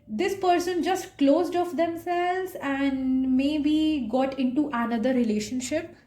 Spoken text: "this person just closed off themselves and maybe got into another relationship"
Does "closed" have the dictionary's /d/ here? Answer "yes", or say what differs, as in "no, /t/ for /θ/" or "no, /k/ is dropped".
yes